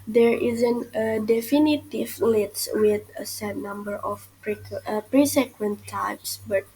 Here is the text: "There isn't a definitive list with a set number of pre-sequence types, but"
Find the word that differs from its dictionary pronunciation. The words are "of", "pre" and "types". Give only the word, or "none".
of